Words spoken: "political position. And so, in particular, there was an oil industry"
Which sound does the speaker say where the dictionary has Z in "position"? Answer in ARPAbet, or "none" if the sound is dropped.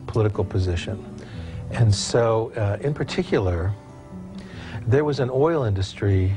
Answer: Z